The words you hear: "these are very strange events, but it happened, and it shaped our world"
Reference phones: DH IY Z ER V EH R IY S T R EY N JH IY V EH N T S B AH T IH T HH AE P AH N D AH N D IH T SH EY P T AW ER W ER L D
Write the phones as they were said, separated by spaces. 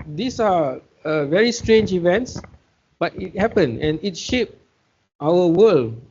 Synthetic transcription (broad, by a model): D IY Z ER V EH R IY S T R EY N JH IY V EH N T S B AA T IH T HH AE P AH N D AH N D IH T SH EY P T AW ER W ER L